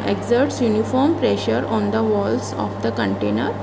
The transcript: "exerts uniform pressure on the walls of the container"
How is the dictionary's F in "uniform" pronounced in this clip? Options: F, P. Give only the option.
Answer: F